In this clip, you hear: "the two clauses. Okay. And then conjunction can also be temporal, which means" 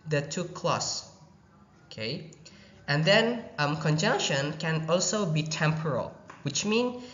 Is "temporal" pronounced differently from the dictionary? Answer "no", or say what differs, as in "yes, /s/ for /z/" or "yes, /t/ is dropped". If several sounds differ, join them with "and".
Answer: no